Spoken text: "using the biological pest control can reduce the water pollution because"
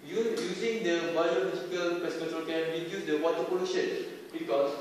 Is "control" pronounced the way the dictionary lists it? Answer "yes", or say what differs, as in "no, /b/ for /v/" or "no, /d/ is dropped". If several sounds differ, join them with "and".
no, /ɹ/ is dropped